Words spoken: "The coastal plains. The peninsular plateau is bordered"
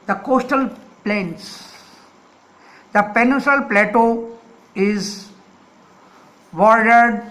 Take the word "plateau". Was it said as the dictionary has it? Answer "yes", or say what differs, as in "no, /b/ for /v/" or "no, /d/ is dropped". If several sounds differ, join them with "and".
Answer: yes